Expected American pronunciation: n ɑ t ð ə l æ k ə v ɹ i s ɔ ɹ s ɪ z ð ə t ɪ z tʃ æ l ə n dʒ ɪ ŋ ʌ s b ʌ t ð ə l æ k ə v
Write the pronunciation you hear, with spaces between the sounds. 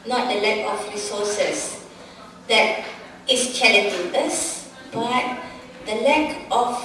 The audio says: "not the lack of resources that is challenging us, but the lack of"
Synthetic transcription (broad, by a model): n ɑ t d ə l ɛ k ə f ɹ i s ɔ s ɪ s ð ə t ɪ s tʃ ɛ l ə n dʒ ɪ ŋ ʌ s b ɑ t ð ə l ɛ k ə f